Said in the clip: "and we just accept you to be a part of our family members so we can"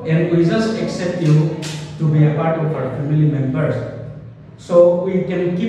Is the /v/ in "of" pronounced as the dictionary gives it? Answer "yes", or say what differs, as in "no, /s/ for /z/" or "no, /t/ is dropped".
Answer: no, /p/ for /v/